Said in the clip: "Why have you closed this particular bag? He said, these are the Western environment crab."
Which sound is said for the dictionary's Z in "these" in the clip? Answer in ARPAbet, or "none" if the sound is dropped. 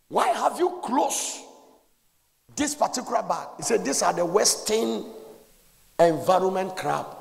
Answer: S